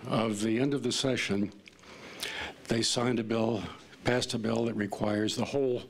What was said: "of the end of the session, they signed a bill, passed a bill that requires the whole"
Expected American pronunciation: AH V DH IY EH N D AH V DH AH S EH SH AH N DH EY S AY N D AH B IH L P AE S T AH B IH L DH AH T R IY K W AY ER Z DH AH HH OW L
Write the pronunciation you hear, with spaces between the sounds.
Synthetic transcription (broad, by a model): AH V DH IY EH N D AH V DH AH S EH SH AH N DH EY S AY N D AH B IH L P AE S T AH B IH L DH AH T R IY K W AY ER Z DH AH HH OW L